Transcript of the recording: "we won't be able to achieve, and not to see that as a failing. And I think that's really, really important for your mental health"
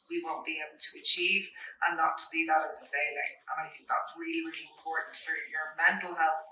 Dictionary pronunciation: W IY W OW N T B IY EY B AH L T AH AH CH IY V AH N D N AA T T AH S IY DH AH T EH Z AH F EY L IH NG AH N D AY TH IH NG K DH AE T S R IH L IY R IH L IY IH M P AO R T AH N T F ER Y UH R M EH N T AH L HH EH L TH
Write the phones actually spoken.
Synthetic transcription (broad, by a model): W IY W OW N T B IY EY B L T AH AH CH IY V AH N N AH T T AH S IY DH AH T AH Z AH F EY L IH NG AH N AY TH IH NG K DH AE T S R IH L IY R IH L IY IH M P AO R T N T F ER Y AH R M EH N T L HH EH L TH